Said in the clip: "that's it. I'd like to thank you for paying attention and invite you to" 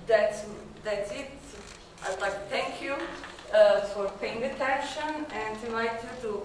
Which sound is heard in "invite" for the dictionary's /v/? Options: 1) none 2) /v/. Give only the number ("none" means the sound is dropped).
1